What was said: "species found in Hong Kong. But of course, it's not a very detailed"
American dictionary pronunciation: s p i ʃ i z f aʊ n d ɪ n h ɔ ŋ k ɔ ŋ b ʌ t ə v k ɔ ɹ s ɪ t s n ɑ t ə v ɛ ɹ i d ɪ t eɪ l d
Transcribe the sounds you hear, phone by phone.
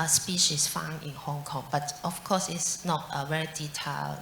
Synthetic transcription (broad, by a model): s p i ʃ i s f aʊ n ɪ n h ɔ ŋ k ɔ ŋ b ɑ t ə f k ɔ s ɪ t s n ɑ t ə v ɛ ɹ i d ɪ t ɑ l